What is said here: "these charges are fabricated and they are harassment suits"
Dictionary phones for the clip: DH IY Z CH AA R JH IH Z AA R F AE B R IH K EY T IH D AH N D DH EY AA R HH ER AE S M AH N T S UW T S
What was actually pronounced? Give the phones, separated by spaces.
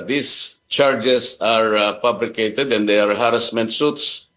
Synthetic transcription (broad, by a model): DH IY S CH AA R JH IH S AA R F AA B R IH K EY T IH D AH N D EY AA R HH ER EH S M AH N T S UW T S